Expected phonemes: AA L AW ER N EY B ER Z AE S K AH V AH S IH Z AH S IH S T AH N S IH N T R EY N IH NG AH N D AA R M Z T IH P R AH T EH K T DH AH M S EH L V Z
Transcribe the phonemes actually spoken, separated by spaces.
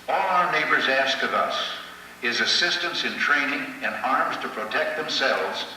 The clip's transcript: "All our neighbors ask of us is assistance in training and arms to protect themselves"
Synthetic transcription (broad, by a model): AA L AW ER N EY B ER Z AE S K AH V AH S IH Z AH S IH S T AH N S IH N T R EY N IH NG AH N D AA R M Z T IH P R AH T EH K T DH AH M S EH L V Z